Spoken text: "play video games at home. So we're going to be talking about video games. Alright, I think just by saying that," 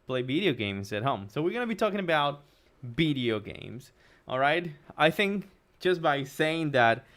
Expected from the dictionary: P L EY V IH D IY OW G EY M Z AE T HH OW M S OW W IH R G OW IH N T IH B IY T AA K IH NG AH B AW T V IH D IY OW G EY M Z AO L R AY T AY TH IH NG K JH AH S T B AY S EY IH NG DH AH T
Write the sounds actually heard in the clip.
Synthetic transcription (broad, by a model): P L EY V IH D IY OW G EY M Z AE T HH OW M S OW W IH R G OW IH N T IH B IY T AA K IH NG AH B AW T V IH D IY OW G EY M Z AO L R AY T AY TH IH NG K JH AH S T B AY S EY IH NG DH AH T